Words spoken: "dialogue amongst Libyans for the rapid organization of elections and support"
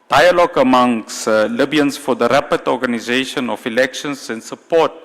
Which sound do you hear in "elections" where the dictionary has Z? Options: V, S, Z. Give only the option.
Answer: S